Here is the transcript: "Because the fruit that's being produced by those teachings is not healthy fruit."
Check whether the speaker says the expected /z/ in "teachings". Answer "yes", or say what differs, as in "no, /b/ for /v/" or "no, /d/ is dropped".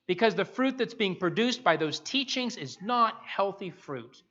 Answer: yes